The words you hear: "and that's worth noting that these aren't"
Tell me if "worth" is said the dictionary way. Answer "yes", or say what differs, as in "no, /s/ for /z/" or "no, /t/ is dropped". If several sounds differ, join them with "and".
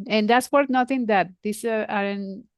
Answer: no, /t/ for /θ/